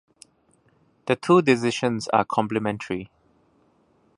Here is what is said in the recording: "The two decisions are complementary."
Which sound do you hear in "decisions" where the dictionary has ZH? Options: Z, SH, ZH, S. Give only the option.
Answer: SH